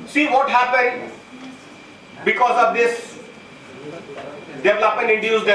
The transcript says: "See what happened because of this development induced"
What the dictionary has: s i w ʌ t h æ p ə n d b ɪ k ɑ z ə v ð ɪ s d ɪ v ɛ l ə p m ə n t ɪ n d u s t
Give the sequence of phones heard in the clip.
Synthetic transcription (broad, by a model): s i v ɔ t h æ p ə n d b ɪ k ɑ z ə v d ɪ s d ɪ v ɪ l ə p ə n ɪ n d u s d